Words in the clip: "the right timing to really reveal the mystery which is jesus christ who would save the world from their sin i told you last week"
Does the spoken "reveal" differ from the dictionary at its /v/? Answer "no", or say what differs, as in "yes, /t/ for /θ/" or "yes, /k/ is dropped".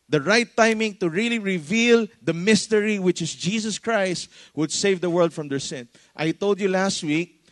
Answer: no